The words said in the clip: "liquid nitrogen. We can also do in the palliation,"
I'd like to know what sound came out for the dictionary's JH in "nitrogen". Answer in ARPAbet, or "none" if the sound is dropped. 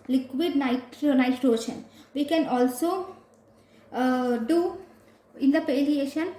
SH